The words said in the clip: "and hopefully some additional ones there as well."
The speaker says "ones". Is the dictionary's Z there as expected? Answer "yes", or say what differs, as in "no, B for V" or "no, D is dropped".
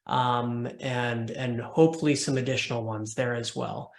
yes